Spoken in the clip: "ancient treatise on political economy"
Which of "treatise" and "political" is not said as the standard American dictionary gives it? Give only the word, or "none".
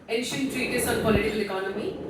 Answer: none